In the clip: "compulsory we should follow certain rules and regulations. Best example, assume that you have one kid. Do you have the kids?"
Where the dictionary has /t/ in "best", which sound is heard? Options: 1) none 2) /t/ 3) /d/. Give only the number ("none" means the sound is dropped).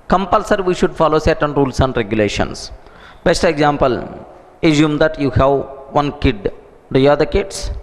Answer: 2